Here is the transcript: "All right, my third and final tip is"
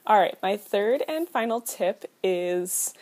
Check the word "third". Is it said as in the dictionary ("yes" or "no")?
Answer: yes